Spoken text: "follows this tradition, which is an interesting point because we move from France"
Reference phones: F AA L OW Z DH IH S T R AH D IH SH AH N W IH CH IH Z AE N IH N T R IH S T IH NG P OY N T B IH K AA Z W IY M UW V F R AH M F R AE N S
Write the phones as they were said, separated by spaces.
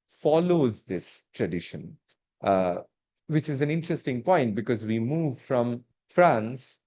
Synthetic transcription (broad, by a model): F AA L OW Z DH IH S T R AH D IH SH AH N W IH CH IH Z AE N IH N T R IH S T IH NG P OY N T B IH K AA Z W IY M UW V F R AH M F R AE N S